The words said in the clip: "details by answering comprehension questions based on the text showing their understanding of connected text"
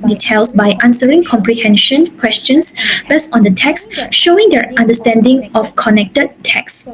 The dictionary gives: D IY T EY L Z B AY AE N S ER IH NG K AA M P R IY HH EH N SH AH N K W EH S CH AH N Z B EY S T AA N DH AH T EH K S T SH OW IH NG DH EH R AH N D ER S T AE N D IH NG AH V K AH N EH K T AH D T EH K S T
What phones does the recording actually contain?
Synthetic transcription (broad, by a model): D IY T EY L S B AY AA N S ER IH NG K AA M P R IY HH EH N SH AH N K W EH S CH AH N S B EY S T AA N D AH T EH K S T SH OW IH NG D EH R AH N D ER S T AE N D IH NG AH F K AH N EH K T AH D T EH K S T